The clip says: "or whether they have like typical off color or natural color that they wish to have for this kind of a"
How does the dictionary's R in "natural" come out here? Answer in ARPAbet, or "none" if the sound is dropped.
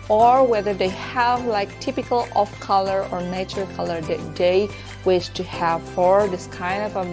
none